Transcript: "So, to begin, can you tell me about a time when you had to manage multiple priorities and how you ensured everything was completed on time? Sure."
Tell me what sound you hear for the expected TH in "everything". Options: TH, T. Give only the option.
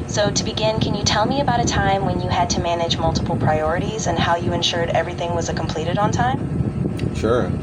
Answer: TH